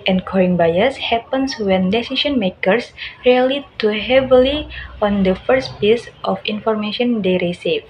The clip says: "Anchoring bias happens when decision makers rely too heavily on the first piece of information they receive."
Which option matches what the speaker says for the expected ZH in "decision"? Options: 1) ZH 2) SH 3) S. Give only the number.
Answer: 3